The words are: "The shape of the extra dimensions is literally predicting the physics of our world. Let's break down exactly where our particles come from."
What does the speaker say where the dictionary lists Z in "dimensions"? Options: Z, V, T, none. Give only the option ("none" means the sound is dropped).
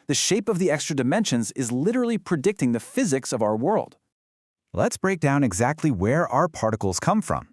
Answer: Z